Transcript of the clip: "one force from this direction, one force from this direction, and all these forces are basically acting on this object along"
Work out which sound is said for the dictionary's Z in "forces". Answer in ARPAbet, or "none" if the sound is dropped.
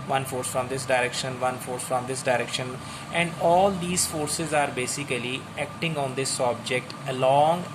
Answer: Z